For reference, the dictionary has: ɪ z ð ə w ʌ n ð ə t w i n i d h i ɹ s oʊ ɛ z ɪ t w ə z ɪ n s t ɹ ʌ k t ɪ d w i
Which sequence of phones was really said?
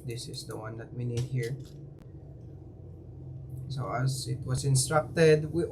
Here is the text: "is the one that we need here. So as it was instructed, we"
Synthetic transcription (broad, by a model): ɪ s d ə w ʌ n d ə t w i n i d h i ɹ s oʊ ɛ s ɪ t w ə s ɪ n s t ɹ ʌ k t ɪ d w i